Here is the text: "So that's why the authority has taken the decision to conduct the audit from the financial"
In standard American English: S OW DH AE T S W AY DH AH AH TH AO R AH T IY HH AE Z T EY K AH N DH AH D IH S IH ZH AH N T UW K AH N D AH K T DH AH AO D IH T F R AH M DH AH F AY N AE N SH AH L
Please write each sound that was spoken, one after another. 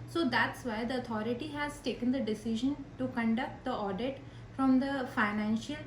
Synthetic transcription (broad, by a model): S OW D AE T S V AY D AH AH T AO R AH T IY HH AE Z T EY K AH N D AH D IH S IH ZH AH N T UW K AH N D AH K T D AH AO D IH T F R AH M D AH F AY N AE N SH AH L